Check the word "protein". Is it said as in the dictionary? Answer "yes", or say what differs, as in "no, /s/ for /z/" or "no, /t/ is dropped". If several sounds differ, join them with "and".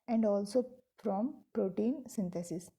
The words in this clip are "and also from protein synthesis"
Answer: yes